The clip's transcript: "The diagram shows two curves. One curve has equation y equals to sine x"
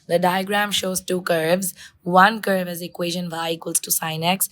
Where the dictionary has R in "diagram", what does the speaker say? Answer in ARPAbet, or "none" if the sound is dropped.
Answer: R